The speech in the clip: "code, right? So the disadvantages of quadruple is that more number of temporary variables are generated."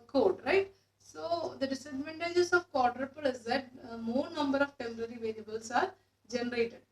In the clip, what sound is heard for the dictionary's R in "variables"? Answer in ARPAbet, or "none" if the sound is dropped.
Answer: L